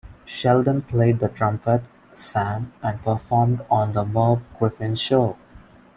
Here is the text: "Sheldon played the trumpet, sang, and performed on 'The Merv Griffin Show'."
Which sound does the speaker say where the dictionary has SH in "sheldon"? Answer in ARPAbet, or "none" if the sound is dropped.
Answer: SH